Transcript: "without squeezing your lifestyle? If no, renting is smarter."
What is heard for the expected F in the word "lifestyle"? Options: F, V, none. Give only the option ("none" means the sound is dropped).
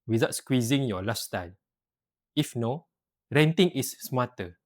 none